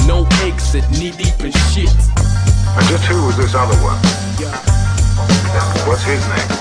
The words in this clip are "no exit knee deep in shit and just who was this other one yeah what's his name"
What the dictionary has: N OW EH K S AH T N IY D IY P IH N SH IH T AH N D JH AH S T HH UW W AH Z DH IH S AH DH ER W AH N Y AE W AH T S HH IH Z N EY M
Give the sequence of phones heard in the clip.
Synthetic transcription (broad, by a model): N OW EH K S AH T N IY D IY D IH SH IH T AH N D JH AH S T HH UW W AH Z DH IH S AH DH ER W AH N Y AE W AH T S HH IH Z N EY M